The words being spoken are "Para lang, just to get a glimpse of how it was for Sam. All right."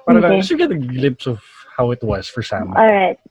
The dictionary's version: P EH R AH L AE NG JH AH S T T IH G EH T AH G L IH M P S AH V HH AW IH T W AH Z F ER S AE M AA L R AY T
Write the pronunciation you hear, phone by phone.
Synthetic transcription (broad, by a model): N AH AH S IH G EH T AH G L IH M P S AH V HH AW IH T W AH Z F ER S AE M AA L R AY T